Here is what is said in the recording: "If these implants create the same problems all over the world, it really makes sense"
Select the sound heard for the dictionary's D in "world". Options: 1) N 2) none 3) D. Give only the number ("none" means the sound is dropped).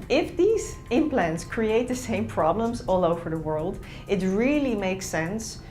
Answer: 3